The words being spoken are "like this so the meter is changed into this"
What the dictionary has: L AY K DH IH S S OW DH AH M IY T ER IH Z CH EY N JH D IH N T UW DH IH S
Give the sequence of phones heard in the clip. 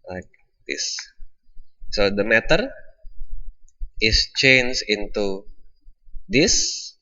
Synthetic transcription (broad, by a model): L AY K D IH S S OW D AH M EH T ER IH S CH EY N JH IH N T UW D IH S